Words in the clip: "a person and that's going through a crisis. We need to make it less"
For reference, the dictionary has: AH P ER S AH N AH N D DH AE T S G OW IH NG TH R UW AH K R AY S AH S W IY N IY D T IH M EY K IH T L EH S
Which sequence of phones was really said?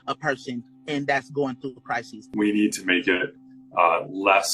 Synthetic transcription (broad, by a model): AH P ER S AH N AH N DH AE T S G OW IH NG TH R UW AH K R AY S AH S W IY N IY D T IH M EY K IH T L EH S